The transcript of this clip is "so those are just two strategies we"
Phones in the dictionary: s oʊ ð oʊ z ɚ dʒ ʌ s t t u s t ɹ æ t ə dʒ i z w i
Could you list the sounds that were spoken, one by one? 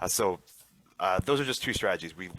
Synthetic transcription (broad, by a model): s oʊ ð oʊ z ɚ dʒ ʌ s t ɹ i s t ɹ æ t ə dʒ i z w i